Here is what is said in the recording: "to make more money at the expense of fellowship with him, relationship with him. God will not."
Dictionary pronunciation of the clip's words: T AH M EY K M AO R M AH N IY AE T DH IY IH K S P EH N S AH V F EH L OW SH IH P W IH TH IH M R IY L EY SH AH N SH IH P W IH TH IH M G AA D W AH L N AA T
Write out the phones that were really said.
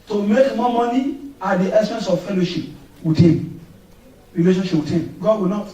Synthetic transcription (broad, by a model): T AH M EY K M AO M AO N IY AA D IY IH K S EH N S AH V F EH L OW SH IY P W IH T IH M R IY L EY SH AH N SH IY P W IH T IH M G AA D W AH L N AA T